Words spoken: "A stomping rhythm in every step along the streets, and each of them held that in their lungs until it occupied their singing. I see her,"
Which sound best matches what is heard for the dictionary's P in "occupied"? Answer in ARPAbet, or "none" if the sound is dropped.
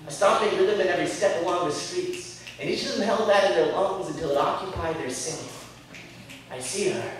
P